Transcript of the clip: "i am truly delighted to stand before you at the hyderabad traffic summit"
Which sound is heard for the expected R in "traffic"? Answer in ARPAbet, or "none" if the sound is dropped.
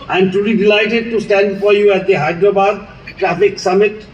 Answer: R